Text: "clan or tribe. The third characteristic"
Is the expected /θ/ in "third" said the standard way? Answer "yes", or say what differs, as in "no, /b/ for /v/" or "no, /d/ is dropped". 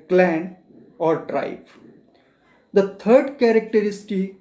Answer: no, /t/ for /θ/